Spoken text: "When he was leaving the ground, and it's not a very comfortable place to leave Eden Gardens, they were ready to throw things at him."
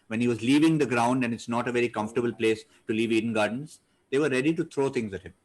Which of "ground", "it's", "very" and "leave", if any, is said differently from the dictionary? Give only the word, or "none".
none